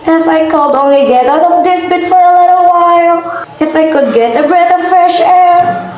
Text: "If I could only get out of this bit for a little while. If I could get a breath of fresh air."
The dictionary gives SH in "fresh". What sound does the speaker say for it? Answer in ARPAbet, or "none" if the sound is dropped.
SH